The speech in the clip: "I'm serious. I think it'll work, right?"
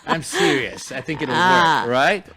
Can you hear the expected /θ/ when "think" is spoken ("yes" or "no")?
yes